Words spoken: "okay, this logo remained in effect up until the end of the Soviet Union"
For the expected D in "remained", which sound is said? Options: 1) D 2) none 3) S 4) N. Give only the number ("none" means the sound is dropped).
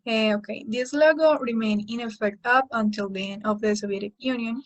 2